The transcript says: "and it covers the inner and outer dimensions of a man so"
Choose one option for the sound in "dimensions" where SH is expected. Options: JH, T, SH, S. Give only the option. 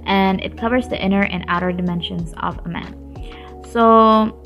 SH